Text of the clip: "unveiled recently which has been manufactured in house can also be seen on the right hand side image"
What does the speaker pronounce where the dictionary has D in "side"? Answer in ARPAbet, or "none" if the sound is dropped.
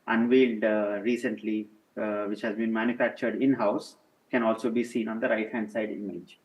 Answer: D